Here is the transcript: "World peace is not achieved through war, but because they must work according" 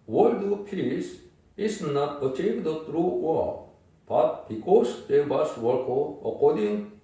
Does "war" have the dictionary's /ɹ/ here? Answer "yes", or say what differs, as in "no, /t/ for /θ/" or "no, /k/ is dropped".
no, /l/ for /ɹ/